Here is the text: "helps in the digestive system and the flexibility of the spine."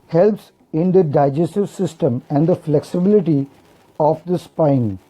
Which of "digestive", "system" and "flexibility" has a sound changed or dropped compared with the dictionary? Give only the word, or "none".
none